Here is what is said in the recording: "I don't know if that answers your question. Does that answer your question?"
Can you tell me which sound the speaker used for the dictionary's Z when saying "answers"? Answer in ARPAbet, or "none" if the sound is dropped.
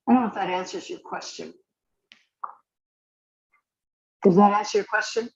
Z